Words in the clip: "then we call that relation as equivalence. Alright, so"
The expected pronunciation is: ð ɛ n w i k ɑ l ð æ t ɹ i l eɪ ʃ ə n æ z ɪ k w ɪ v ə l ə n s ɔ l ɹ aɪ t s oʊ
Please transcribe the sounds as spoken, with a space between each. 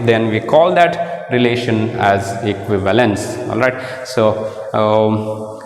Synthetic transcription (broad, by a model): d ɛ n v i k ɑ l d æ t ɹ i l eɪ ʃ ə n æ z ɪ k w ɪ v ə l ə n s ɔ l ɹ aɪ t s oʊ